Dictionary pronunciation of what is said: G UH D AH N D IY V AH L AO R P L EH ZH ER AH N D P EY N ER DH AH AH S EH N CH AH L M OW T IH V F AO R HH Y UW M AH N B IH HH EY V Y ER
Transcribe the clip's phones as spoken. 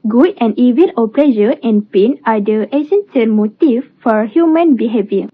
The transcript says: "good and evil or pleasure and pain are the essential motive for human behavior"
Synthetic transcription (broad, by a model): G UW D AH N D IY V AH N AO L P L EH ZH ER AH N P EY N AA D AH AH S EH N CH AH N M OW T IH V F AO R HH Y UW M AH N B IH HH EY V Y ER